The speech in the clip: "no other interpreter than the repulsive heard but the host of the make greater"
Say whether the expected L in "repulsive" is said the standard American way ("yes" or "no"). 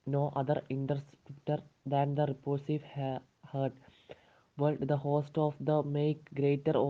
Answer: no